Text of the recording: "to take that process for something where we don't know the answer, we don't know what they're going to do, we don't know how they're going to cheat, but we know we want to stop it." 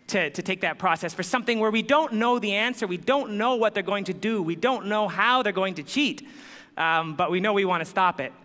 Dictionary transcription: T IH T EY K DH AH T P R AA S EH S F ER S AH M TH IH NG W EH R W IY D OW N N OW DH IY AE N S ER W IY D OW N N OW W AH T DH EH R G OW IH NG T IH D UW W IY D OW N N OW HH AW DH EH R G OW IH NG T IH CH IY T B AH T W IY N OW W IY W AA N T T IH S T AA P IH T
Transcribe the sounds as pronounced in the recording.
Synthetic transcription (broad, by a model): T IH T EY K DH AH T P R AA S EH S F ER S AH M TH IH NG W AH R W IY D OW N N OW DH IY AE N S ER W IY D OW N N OW W AH T DH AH R G OW IH NG T IH D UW W IY D OW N N OW HH AW DH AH R G OW IH NG T IH CH IY T B AH T W IY N OW W IY W AA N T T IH S T AA P IH T